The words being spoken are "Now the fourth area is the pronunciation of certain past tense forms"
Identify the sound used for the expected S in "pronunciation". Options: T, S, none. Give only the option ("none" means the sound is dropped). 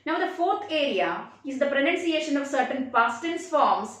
S